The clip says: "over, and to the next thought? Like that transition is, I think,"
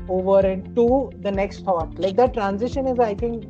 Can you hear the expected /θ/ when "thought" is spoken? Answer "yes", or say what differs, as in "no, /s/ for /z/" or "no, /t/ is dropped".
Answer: no, /t/ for /θ/